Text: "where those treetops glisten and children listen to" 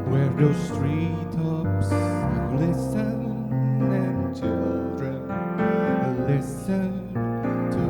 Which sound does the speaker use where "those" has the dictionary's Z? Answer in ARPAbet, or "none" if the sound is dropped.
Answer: S